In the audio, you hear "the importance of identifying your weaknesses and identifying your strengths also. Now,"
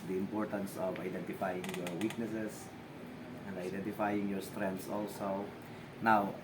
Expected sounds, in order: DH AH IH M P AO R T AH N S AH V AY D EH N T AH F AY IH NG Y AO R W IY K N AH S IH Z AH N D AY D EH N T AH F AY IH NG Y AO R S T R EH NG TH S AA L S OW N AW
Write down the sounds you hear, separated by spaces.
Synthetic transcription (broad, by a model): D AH IH M P AO R T AH N S AH V AY D EH N T AH F AY IH NG Y AO R W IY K N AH S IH S AH N D AY D EH N T AH F AY IH NG Y AO R S T R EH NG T S AA L S OW N AW